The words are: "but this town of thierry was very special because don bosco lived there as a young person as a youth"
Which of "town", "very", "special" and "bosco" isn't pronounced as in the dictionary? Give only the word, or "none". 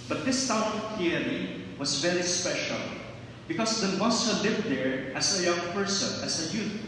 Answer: bosco